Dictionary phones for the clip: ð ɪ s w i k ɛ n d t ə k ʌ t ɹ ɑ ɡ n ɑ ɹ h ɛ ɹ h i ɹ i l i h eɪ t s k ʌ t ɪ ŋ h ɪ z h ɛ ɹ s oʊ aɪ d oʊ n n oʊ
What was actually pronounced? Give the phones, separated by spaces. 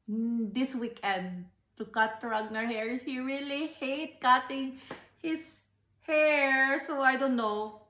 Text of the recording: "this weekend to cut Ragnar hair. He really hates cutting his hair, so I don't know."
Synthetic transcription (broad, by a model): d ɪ s w i k ɛ n d t ə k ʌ t ɹ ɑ ɡ n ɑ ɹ h ɛ ɹ h i ɹ i l i h eɪ t k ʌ t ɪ ŋ h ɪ s h ɛ ɹ s oʊ aɪ d oʊ n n oʊ